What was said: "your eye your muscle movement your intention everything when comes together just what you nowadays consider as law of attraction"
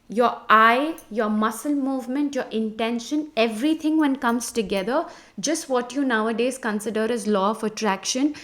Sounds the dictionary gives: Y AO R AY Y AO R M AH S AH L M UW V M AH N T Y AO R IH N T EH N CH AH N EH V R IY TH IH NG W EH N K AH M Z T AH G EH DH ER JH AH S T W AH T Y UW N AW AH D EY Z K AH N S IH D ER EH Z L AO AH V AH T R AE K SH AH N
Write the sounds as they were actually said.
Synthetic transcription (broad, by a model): Y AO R AY Y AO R M AH S AH L M UW V M AH N T Y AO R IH N T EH N SH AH N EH V R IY T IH NG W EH N K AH M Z T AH G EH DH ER JH AH S T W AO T Y UW N AW AH D EY Z K AH N S IH D ER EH Z L AO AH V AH T R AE K SH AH N